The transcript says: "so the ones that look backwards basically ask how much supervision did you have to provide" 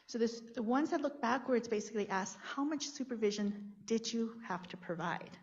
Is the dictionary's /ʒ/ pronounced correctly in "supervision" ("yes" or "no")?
yes